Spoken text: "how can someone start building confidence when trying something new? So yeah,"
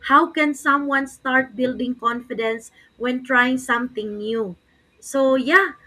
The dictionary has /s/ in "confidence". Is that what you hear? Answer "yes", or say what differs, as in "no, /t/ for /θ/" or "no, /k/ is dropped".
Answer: yes